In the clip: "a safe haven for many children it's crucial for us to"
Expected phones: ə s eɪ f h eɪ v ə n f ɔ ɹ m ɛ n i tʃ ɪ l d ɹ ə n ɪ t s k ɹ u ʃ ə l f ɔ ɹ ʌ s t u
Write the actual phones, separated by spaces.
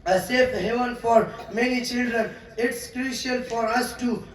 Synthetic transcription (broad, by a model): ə s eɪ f h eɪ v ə n f ɔ ɹ m ɛ n i tʃ ɪ l d ɹ ə n ɪ t s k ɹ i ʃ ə n f ɔ ɹ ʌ s t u